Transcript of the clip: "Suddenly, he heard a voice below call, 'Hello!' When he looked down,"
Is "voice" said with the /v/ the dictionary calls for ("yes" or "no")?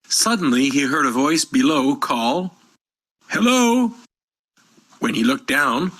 yes